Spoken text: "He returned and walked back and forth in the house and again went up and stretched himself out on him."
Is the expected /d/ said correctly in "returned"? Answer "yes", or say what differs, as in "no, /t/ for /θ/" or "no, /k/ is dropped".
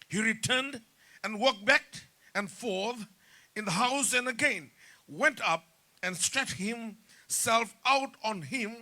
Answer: yes